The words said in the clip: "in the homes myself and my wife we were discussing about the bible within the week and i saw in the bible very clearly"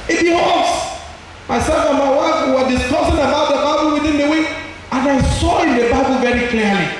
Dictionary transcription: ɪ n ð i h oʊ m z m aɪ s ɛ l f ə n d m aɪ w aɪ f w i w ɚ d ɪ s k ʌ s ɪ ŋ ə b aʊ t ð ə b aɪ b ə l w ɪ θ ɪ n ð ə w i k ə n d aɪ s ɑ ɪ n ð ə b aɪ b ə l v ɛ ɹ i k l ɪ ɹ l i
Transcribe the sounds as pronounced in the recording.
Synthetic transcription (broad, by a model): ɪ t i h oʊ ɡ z m aɪ s ɛ l f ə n m aɪ w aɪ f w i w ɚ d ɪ s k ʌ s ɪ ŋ ə b aʊ t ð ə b aɪ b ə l w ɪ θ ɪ n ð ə w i ə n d aɪ s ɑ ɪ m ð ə b aɪ b ə l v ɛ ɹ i k l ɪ l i